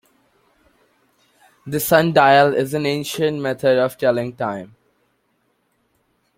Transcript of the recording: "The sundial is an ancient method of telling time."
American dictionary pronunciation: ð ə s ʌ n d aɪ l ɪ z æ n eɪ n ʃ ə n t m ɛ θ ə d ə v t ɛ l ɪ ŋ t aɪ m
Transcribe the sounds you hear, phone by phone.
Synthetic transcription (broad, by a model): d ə s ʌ n d aɪ l ɪ z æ n eɪ n ʃ ə n t m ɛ t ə d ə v t ɛ l ɪ ŋ t aɪ m